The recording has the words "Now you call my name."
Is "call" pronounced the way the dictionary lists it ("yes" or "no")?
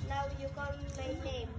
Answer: no